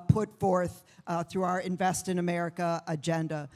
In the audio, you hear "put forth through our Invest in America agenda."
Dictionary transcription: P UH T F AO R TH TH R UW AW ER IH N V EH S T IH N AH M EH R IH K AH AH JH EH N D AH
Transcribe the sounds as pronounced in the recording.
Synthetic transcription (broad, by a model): P UH T F AO R TH TH R UW AW ER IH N V EH S T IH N AH M EH R IH K AH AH JH EH N D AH